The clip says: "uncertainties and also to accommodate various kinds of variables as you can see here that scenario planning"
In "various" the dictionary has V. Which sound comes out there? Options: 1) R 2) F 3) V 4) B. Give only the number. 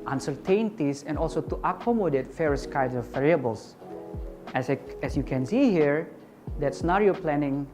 2